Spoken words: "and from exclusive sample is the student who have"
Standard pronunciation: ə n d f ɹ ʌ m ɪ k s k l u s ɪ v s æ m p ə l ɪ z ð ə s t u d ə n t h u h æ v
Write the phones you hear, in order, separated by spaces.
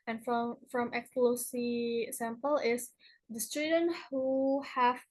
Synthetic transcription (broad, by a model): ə n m f ɹ ʌ m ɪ k s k l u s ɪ s æ m p ə l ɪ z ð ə s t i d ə n h u h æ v